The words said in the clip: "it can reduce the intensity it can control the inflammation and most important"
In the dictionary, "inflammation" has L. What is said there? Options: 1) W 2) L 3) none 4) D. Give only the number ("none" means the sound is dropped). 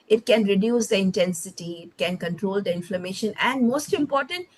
2